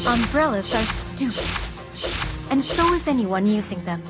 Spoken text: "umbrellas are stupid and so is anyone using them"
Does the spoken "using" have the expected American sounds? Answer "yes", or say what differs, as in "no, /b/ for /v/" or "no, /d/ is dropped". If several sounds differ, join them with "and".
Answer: yes